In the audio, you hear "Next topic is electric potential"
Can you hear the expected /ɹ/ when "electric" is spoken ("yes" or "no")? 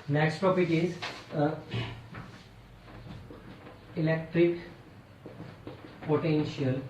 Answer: yes